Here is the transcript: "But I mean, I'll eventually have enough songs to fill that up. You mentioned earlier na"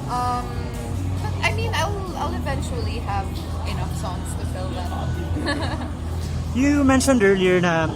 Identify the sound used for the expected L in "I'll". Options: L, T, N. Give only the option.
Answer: L